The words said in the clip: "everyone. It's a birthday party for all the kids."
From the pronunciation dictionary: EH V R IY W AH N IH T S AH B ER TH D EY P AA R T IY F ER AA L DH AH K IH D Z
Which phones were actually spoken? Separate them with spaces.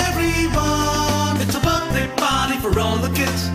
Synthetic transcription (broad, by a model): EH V R IY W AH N IH T S AH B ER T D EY B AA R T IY F ER AA L DH AH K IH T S